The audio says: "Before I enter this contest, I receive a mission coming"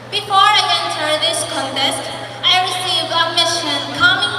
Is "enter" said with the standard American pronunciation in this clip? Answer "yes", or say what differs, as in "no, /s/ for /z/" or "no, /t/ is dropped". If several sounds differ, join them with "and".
no, /s/ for /t/